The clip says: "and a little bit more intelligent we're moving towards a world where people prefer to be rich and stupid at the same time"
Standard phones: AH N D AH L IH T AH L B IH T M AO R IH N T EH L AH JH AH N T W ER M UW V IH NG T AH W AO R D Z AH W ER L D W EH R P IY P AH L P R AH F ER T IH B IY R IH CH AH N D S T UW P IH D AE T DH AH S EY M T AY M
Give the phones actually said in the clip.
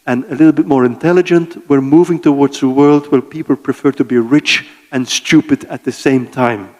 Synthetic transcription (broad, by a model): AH N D AH L IH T L B IH T M AO R IH N T EH L AH JH AH N T W ER M UW V IH NG T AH W AO R D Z AH W ER L D W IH L P IY P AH L P R AH F ER T IH B IY R IH CH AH N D S T UW P IH D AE T DH AH S EY M T AY M